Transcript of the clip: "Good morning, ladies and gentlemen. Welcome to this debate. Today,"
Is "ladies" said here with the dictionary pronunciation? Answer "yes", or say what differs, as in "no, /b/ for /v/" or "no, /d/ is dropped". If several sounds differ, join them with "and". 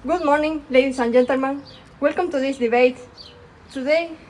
no, /s/ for /z/